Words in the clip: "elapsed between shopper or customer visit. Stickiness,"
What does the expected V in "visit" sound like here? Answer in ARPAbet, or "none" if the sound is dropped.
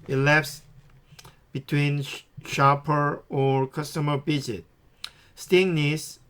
B